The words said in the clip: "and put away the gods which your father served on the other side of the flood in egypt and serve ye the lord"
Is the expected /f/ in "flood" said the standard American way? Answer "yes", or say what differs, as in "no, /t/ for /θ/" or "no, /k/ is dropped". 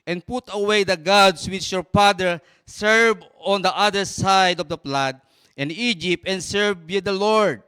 no, /p/ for /f/